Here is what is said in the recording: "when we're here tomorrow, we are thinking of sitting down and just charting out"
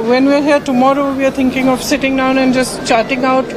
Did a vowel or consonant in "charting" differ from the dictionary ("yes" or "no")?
no